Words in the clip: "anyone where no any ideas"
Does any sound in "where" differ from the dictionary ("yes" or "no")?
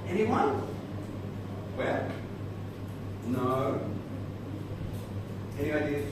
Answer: yes